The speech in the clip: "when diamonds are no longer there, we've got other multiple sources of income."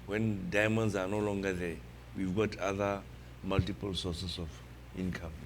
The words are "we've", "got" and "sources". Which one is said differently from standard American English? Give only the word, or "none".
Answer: sources